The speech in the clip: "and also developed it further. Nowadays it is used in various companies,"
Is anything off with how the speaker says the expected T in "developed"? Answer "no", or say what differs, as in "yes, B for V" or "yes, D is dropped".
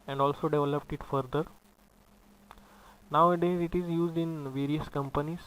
no